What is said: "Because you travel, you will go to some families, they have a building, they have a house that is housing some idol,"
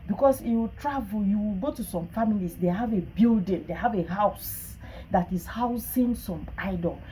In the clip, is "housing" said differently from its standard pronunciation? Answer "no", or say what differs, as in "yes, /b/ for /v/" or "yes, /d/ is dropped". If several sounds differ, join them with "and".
yes, /s/ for /z/